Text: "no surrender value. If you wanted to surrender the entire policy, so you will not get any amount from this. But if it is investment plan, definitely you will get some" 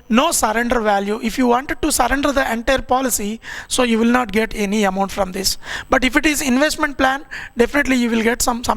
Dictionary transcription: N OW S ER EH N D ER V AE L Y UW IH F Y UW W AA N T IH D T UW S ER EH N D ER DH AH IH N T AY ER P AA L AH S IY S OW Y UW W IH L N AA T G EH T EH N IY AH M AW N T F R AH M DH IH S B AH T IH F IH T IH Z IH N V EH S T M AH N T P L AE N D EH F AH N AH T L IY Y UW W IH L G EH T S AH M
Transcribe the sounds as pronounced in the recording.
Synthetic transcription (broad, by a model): N OW S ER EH N D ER V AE L Y UW IH F Y UW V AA N T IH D T UW S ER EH N D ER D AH IH N T AY ER P AA L AH S IY S OW Y UW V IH L N AA T G EH T EH N IY AH M AW N T F R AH M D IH S B AH T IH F IH T IH Z IH N V EH S T M AH N T P L AE N D EH F AH N AH T L IY Y UW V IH L G EH T S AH M